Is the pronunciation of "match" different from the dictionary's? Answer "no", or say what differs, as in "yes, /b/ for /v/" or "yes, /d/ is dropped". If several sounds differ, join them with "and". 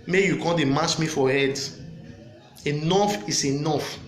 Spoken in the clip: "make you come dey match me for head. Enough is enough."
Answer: yes, /s/ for /tʃ/